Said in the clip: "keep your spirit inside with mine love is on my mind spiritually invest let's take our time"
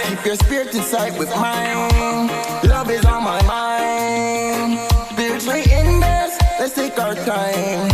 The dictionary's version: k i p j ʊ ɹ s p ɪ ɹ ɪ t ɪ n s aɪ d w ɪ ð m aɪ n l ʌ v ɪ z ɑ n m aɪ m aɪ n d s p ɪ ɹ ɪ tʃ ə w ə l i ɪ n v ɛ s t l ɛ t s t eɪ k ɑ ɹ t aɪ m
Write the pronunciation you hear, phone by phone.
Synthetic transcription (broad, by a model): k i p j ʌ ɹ s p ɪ ɹ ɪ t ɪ s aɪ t w ɪ ð m aɪ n l ʌ v ɪ z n m aɪ m aɪ n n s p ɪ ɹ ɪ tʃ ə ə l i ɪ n ɛ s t l ɛ t s t eɪ k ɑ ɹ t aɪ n